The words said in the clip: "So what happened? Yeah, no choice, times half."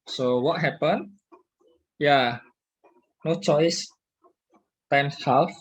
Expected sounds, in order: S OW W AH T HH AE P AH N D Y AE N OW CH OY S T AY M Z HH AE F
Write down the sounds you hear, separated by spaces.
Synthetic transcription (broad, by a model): S OW W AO T HH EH P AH N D Y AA N OW CH OY S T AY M HH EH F